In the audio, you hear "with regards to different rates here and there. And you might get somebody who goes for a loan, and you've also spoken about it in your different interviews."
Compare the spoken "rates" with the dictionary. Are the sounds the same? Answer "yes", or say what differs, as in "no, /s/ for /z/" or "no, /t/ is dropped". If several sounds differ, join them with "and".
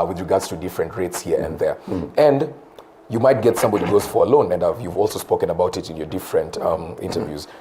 yes